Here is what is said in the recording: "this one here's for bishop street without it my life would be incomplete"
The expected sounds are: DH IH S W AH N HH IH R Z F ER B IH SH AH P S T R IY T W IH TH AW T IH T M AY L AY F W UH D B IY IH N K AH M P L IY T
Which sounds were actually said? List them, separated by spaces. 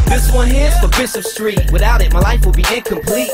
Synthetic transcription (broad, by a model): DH IH S W AH N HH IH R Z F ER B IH S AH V S T R IY T W IH TH AW T IH T M AY L AY F W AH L B IY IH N K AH M P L IY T